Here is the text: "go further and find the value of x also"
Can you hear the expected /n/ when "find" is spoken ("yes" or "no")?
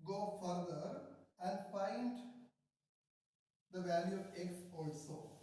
yes